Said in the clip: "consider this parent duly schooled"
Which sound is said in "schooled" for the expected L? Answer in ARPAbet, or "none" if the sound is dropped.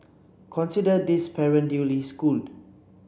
L